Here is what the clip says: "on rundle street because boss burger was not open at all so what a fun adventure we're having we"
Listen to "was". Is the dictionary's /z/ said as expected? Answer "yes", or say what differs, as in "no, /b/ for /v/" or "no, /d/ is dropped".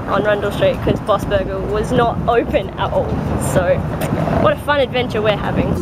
yes